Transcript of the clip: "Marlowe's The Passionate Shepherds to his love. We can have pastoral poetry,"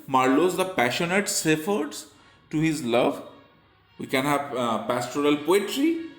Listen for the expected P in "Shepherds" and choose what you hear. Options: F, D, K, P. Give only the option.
F